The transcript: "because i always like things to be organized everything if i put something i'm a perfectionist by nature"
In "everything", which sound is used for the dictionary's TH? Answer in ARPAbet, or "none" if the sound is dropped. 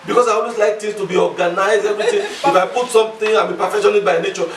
T